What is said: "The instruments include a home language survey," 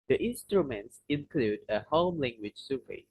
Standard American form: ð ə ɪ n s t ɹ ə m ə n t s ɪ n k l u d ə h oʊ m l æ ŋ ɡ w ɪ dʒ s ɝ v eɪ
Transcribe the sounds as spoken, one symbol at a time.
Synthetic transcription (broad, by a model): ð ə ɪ n s t ɹ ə m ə n t s ɪ n k l u d ə h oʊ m l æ ŋ ɡ w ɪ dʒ s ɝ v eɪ